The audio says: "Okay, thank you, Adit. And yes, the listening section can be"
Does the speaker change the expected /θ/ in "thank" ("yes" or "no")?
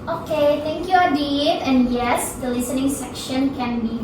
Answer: yes